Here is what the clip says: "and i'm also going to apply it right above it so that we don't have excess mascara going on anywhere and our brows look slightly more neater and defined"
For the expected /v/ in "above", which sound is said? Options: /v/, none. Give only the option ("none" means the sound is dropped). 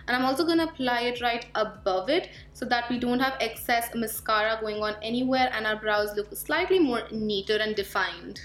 /v/